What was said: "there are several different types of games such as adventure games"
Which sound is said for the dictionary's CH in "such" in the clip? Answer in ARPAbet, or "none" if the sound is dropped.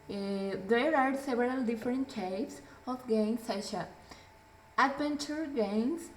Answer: SH